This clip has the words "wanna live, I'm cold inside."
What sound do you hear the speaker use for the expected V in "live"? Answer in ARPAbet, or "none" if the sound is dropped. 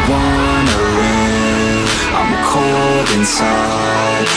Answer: none